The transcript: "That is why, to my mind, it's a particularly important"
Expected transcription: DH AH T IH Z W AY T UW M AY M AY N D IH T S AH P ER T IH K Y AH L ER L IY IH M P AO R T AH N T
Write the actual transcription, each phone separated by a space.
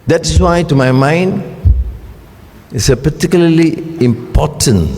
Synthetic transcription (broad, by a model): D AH T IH S W AY T UW M AY M AY N D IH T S AH P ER T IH K Y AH L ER L IY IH M P AO T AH N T